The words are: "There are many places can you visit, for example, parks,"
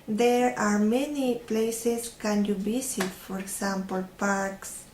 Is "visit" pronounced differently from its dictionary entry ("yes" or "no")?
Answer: yes